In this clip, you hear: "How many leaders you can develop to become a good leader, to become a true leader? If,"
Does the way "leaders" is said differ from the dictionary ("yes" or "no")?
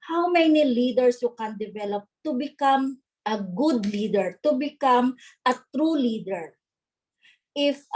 yes